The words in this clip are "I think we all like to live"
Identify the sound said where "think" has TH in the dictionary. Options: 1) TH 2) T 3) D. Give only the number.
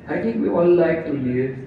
2